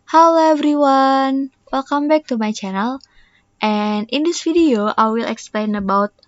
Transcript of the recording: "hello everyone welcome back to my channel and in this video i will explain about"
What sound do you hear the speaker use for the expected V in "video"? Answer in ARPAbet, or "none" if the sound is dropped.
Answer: F